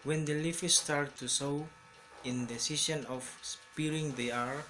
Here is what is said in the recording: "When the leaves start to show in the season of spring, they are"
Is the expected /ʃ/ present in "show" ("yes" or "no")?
no